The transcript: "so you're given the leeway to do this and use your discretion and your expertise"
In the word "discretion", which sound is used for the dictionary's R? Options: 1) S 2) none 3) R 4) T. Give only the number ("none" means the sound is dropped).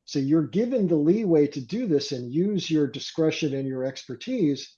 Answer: 3